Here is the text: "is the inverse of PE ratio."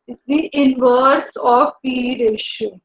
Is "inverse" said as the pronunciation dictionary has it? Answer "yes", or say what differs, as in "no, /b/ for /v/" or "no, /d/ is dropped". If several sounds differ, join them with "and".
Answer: yes